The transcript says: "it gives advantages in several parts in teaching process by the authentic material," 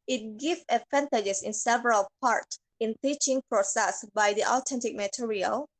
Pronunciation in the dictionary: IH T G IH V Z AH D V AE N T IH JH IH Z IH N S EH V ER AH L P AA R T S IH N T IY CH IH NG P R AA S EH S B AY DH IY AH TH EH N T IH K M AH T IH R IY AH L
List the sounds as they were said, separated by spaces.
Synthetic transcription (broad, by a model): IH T G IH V AH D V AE N T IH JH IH S IH N S EH V ER AH L P AA R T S IH N T IY CH IH NG P R AA S EH S B AY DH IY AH T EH N T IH K M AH T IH R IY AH L